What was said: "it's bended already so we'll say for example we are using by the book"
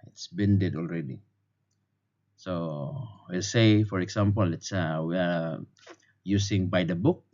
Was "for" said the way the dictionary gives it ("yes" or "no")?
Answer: yes